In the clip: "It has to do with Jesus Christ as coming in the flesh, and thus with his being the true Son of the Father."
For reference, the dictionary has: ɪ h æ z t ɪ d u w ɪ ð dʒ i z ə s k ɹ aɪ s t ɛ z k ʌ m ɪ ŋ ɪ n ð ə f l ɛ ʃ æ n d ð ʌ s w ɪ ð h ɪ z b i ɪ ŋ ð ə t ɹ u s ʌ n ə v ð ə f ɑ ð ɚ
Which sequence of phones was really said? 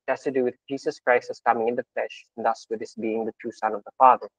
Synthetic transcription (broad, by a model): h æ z t ɪ d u w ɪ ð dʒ i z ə s k ɹ aɪ s t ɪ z k ʌ m ɪ ŋ ɪ n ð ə f l ɛ ʃ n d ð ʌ s w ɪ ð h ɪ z b i ɪ ŋ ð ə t u s ʌ n ə v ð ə f ɑ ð ɚ